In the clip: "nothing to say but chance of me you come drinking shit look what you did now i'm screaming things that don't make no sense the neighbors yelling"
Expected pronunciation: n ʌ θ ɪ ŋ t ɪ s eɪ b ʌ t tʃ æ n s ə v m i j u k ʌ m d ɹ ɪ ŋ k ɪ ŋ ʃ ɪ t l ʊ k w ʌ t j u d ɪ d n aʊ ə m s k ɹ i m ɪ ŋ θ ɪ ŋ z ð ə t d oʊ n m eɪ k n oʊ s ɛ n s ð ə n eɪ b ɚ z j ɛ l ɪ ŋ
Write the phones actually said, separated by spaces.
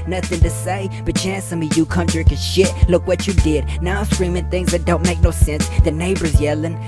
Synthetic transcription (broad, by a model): n ʌ θ ɪ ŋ t ɪ s eɪ b ʌ t tʃ æ n s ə m i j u k ʌ m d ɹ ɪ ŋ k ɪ ʃ ɪ t l ʊ k w ʌ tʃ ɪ d ɪ d n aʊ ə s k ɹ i m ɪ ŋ θ ɪ ŋ z ð ə t d oʊ n m eɪ k n oʊ s ɛ n s ð ə n eɪ b ɚ z j ɛ l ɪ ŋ